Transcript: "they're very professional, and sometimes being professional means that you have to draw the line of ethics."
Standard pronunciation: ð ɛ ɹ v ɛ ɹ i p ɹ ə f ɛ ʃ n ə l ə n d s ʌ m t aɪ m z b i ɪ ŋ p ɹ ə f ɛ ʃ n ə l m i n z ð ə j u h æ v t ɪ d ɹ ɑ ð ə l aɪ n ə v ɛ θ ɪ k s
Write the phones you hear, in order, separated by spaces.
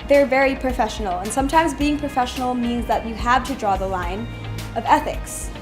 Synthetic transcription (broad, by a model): ð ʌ ɹ v ɛ ɹ i p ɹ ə f ɛ ʃ n l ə n s ʌ m t aɪ m z b i ɪ ŋ p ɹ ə f ɛ ʃ n l m i n z ð ə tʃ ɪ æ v t ɪ d ɹ ɑ ð ə l aɪ n ə v ɛ θ ɪ k s